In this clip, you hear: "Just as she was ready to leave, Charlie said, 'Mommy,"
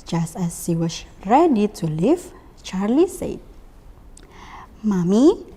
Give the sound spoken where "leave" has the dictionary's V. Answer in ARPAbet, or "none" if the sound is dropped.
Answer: F